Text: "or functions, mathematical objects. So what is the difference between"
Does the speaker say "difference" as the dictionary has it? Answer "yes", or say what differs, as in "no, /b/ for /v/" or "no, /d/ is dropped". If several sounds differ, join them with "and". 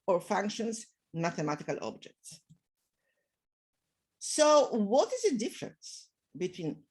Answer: yes